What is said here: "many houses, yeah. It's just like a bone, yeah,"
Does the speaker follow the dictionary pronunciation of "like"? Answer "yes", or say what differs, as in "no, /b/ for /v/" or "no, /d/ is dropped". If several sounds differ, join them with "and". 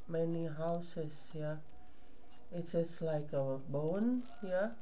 yes